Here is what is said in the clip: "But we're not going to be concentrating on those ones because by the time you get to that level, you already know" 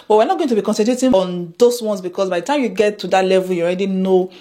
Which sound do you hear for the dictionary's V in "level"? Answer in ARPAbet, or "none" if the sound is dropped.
V